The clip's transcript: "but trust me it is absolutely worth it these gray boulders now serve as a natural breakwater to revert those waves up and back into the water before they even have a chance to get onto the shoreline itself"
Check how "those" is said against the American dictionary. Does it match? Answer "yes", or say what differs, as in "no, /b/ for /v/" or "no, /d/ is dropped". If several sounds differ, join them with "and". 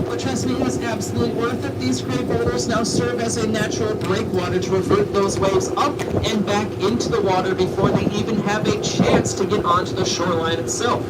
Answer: yes